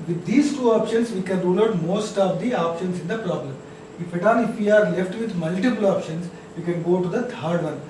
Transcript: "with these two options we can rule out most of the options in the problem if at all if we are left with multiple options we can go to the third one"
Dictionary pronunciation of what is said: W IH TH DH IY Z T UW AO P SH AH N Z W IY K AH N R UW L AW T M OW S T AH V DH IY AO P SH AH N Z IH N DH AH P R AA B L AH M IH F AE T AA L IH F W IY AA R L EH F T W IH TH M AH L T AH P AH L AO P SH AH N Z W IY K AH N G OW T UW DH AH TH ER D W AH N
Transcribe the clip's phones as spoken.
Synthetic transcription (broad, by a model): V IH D IY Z T UW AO P SH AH N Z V IY K AH N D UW N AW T M OW S T AH V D IY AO P SH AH N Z IH N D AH P R AA B L AH M IH F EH T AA N IH F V IY AA R L EH F T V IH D M AH L T AH P AH L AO P SH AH N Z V IY K AH N G OW T UW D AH T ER D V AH N